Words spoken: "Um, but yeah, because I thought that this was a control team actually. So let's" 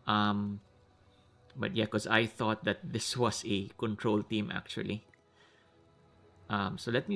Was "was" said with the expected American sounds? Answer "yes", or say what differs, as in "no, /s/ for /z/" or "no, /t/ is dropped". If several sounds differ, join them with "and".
no, /s/ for /z/